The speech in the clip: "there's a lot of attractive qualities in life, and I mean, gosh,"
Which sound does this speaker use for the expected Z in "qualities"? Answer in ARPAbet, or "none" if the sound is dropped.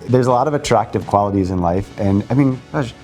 Z